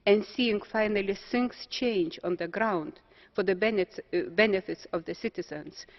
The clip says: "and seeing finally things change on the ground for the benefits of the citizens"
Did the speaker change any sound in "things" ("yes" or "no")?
yes